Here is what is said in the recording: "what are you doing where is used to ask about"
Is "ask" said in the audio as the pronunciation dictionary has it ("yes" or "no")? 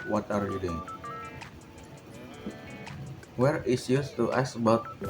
no